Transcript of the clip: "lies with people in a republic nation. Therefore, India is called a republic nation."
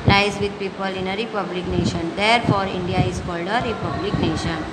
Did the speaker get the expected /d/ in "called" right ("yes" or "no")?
yes